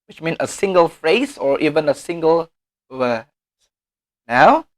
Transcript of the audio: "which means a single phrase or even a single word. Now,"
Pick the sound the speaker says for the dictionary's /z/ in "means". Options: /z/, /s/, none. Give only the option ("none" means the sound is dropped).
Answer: none